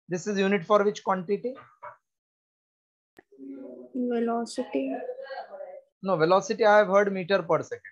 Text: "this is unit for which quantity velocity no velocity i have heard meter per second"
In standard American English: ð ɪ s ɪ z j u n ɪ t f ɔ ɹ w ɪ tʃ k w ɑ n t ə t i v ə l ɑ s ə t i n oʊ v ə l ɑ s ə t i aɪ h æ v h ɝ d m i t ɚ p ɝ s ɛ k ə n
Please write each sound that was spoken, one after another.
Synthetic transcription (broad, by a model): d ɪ s ɪ z j u n ɪ t f ɔ ɹ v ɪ tʃ k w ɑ n t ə t i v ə l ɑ s t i n oʊ v ə l ɑ s ə t i aɪ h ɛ v h ɝ d m i t ɚ p ɝ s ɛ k